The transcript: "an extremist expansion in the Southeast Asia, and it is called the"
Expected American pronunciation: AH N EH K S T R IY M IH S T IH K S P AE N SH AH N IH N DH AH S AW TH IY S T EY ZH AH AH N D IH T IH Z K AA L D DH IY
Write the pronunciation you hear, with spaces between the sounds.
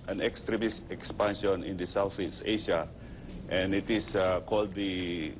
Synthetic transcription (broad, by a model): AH N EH K S T R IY M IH S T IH K S P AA N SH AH N IH N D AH S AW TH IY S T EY SH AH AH N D IH T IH S K AA L D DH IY